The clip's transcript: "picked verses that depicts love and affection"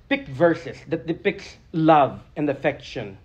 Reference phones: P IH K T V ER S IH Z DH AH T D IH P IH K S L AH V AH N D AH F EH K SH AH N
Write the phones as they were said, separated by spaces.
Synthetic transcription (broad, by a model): P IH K V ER S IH S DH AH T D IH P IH K S L AH V AH N D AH F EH K SH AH N